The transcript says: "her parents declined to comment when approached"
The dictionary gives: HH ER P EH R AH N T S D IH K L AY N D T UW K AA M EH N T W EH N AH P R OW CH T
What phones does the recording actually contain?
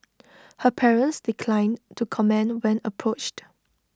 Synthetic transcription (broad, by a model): HH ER P EH R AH N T S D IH K L AY N T UW K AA M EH N W EH N AH P R OW CH T